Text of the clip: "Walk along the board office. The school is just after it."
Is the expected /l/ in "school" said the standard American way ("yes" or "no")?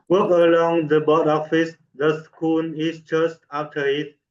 no